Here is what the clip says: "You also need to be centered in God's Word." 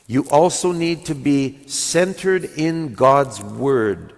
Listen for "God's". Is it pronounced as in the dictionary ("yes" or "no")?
yes